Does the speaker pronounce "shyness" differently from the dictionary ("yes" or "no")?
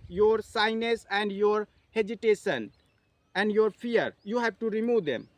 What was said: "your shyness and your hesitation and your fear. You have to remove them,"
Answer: yes